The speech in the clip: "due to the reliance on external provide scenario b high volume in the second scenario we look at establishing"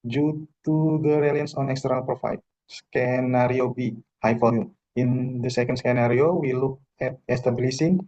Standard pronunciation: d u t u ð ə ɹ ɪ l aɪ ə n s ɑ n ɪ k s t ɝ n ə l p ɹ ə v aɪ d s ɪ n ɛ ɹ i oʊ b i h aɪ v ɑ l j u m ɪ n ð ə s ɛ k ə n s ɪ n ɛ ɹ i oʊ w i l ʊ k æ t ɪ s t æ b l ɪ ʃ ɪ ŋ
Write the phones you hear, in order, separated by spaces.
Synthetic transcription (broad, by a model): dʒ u t u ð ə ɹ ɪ l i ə n s ɑ n ɪ k s t ɝ n ə l p ɹ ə f aɪ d s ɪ n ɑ ɹ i oʊ b i h aɪ f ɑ j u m ɪ n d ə s ɛ k ə n s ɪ n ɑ ɹ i oʊ w i l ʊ k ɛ t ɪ s t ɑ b l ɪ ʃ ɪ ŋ